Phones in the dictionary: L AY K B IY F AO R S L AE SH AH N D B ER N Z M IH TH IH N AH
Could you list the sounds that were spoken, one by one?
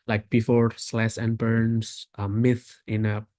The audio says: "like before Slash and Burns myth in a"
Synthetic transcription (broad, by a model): L AY K B IY F AO R S L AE S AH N B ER N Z M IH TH IH N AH